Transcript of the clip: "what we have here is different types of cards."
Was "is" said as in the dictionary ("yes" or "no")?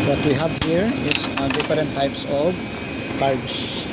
no